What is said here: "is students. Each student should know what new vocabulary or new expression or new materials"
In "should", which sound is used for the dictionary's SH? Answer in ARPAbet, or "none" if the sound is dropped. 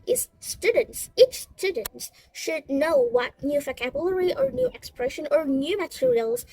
SH